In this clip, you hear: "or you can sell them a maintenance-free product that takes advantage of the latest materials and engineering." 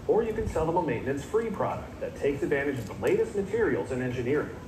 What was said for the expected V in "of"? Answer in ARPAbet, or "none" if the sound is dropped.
V